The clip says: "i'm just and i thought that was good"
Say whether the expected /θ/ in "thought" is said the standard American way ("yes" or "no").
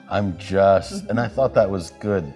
yes